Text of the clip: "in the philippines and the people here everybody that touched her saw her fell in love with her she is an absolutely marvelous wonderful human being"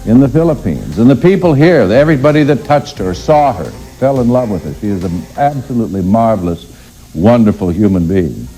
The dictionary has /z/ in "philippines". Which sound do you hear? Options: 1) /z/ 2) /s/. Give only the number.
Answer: 1